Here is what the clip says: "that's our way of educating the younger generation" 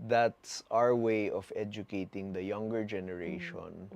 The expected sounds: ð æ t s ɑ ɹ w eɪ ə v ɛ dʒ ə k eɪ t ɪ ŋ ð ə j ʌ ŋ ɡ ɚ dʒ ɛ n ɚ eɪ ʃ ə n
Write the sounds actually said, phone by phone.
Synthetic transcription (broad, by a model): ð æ t s ɑ ɹ w eɪ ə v ɛ dʒ ə k eɪ t ɪ ŋ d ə j ʌ ŋ ɡ ɚ dʒ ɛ n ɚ eɪ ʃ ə n